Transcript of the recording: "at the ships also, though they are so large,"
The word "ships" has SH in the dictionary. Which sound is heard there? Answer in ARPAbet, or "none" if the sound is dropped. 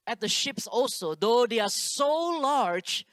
SH